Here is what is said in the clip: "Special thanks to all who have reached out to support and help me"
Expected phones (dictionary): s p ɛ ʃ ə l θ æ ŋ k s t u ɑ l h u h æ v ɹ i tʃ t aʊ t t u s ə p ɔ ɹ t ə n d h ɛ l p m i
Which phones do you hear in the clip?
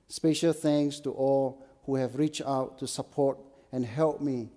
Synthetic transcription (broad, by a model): s p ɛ ʃ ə l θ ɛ ŋ s t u ɑ l h u h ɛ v ɹ i tʃ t aʊ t t u s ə p ɔ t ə n h ɛ l p m i